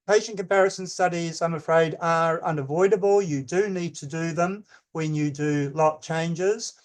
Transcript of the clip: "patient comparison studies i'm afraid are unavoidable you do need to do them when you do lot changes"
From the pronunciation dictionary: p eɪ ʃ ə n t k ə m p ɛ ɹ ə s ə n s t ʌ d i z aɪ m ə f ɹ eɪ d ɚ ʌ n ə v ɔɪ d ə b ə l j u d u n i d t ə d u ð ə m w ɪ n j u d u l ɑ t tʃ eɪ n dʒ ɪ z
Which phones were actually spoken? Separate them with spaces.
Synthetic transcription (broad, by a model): p eɪ ʃ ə n k ə m p ɛ ɹ ə s ə n s t ʌ d i z aɪ m ə f ɹ eɪ d ɚ ʌ n ə v ɔɪ d ə b ə l j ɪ d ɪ n i d t ə d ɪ ð ə m w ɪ n j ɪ d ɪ l ɑ t tʃ eɪ n dʒ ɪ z